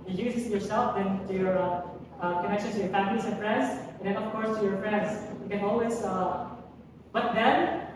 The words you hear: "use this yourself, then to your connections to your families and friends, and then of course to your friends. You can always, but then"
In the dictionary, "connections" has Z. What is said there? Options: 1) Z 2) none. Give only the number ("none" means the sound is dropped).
2